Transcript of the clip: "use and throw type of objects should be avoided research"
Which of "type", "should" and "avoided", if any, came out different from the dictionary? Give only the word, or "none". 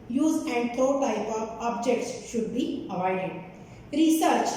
none